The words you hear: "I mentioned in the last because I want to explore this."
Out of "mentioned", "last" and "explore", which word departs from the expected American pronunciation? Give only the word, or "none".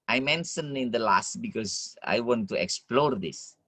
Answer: mentioned